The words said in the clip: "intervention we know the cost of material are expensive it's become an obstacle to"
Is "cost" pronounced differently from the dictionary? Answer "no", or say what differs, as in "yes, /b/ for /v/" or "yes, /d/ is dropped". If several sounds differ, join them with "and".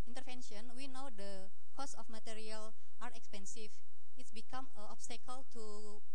yes, /t/ is dropped